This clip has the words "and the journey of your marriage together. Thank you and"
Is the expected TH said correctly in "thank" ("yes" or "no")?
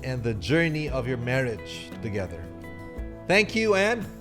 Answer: yes